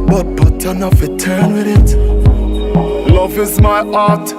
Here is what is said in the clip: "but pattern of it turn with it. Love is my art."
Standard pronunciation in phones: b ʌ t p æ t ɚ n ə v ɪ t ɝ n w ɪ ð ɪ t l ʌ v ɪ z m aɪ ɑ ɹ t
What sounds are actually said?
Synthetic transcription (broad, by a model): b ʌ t b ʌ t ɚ n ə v ɪ t ɝ n w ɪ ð ɪ t l ʌ v ɪ z m aɪ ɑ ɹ t